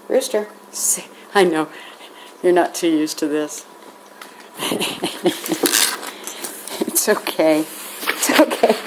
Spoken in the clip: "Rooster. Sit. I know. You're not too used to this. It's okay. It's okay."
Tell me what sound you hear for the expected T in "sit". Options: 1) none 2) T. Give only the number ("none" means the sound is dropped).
1